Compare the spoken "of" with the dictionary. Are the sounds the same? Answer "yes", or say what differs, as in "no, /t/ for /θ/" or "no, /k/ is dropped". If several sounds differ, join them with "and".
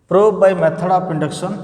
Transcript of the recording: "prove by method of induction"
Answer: no, /p/ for /v/